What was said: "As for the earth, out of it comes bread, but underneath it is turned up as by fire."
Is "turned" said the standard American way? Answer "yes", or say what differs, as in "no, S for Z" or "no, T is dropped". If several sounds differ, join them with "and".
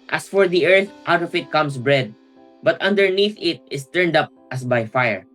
yes